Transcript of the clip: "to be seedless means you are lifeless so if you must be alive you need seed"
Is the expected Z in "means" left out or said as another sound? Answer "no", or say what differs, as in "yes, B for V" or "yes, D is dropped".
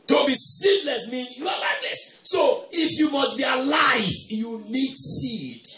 yes, Z is dropped